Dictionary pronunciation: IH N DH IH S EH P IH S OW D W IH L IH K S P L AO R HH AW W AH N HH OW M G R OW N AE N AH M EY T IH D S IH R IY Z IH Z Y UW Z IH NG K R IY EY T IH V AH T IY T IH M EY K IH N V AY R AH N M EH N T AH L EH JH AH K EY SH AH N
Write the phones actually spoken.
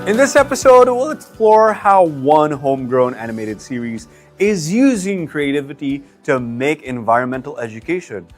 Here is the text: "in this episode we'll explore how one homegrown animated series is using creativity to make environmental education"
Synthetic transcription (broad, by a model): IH N DH IH S EH P IH S OW D W IH L IH K S P L AO R HH AW W AH N HH OW M G R OW N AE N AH M EY T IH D S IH R IY Z IH Z Y UW Z IH NG K R IY EY T IH V AH T IY T IH M EY K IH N V AY R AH N M EH N T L EH JH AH K EY SH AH N